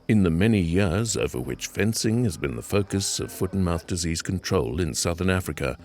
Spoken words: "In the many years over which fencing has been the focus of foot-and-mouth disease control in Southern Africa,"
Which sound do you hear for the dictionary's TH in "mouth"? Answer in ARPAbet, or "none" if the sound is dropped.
TH